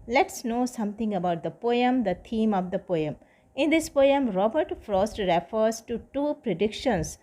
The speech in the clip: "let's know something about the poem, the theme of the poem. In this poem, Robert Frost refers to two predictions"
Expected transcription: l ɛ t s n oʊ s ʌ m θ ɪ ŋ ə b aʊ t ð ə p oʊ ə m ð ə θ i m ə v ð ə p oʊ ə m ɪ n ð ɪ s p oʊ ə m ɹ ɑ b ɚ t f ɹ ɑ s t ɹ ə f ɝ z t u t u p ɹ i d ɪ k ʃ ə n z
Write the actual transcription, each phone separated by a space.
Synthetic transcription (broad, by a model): l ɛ t s n oʊ s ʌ m t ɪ ŋ ə b aʊ t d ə p oʊ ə m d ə t i m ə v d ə p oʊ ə m ɪ n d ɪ s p oʊ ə m ɹ ɑ b ɚ t f ɹ ɑ s t ɹ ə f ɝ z t u t u p ɹ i d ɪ k ʃ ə n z